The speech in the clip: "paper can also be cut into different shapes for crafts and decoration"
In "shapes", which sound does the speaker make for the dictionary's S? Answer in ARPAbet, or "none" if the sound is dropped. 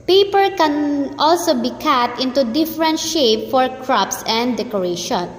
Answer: none